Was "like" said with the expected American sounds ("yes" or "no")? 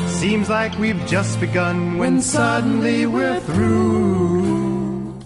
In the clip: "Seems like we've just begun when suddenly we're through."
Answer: yes